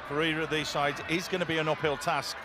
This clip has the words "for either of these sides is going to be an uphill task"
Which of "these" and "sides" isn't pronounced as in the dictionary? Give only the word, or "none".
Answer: none